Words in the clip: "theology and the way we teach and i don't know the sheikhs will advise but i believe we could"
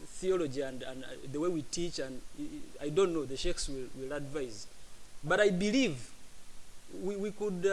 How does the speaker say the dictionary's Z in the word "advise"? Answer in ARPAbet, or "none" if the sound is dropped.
Z